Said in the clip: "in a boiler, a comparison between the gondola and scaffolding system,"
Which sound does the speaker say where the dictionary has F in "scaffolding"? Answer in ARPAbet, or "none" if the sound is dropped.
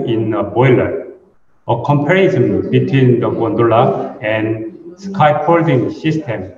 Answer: P